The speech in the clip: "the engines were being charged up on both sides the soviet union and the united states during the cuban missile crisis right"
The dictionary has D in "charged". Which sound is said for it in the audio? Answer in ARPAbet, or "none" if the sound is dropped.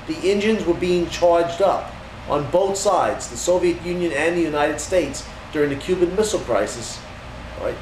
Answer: D